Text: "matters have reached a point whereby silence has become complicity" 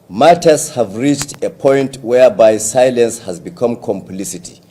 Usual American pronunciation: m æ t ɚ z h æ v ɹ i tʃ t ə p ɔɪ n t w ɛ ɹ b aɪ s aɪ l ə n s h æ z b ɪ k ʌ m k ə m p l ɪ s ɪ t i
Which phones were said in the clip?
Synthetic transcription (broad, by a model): m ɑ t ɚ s h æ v ɹ i tʃ t ə p ɔɪ n t w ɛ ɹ b aɪ s aɪ l ə n s h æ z b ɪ k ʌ m k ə m p l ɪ s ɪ t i